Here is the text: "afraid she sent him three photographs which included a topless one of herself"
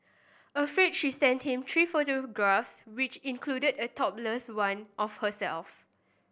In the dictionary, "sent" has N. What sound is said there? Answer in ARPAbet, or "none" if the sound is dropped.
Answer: N